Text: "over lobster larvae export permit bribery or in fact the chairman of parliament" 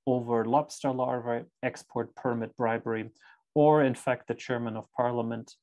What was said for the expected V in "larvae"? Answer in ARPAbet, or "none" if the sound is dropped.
V